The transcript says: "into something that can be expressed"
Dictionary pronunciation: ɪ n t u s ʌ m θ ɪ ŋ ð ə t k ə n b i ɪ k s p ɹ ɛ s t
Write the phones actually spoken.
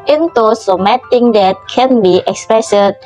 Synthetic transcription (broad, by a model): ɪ n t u s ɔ m t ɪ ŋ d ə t k ə n b i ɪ k s p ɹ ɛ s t